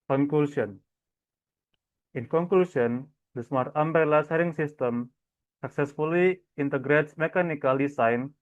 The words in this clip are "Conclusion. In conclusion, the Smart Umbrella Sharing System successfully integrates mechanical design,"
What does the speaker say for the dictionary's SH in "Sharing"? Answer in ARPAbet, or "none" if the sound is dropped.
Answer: S